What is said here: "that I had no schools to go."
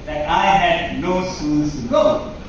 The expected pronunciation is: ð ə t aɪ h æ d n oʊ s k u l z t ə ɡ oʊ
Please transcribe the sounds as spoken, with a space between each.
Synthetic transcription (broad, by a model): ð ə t aɪ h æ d n oʊ s u n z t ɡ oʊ